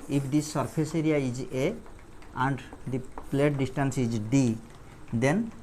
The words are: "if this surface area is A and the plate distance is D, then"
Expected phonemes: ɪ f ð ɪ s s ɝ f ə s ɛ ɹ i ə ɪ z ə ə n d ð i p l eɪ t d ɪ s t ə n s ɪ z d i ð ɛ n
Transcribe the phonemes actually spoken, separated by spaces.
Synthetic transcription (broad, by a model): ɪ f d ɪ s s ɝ p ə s ɛ ɹ i ə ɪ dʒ ə ə n d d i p l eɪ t d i s t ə n s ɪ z d i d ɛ n